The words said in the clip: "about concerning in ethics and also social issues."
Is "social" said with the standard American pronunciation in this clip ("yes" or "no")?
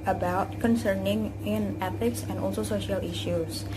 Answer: yes